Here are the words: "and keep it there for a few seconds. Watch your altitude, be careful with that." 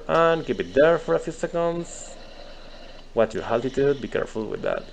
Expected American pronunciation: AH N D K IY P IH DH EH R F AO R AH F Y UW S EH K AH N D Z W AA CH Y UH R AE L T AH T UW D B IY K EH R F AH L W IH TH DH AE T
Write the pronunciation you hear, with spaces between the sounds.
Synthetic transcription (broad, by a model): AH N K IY B IH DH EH R F AO R AH F Y UW S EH K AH N D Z W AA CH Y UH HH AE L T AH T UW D B IY K EH R F AH L W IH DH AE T